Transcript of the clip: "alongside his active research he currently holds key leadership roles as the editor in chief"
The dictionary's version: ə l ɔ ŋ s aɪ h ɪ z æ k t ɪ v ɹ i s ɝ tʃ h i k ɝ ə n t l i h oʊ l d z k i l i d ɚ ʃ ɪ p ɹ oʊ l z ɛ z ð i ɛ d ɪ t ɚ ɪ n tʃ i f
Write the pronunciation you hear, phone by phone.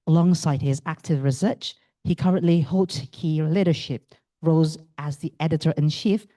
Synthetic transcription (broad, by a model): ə l ɔ ŋ s aɪ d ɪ z æ k t ɪ v ɹ i s ɝ tʃ h i k ɝ ə n t l i h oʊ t k i l i d ɚ ʃ ɪ p ɹ oʊ z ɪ z ð i ɛ d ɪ t ɚ ɪ n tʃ i f